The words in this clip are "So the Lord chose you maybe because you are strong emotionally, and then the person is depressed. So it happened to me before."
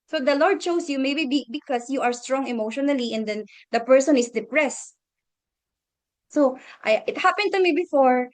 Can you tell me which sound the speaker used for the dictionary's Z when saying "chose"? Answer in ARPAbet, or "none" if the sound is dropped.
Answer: S